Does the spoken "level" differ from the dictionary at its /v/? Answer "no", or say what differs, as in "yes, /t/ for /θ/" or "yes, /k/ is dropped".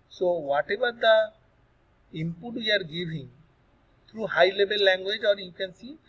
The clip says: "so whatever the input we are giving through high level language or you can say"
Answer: yes, /b/ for /v/